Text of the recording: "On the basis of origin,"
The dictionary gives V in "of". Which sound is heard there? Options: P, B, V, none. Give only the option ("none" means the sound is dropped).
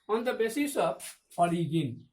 P